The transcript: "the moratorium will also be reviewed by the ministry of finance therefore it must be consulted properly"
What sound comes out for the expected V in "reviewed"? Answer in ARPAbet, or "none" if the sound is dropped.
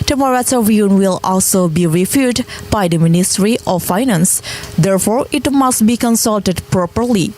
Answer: F